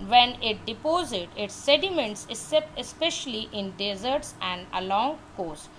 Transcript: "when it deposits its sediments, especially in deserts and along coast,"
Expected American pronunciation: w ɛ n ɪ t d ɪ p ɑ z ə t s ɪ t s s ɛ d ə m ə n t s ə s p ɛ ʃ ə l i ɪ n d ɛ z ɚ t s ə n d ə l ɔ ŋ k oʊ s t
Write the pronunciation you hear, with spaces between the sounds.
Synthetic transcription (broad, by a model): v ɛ n ɪ t d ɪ p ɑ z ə t ɪ t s s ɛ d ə m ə n t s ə s p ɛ ʃ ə l i ɪ n d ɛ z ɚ t s ə n d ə l ɔ ŋ k oʊ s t